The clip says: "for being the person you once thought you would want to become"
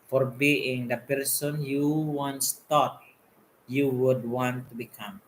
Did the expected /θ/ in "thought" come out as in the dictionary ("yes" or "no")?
no